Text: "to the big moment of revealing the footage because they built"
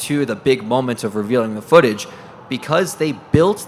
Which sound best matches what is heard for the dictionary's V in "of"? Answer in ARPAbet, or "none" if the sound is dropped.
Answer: V